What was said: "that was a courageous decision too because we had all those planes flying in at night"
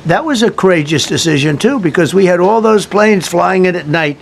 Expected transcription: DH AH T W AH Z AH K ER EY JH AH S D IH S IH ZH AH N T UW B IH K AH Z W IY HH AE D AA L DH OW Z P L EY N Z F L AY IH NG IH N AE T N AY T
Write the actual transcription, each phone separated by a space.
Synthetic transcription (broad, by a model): DH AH T W AH Z AH K ER EY JH AH S D IH S IH ZH AH N T UW B IH K AH Z W IY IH D AA L DH OW Z P L EY N Z F L AY IH NG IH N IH T N AY T